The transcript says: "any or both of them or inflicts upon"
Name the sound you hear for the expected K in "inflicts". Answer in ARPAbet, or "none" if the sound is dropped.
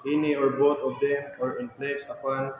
none